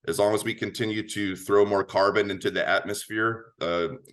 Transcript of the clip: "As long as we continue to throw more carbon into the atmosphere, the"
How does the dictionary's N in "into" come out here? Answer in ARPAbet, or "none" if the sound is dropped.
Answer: N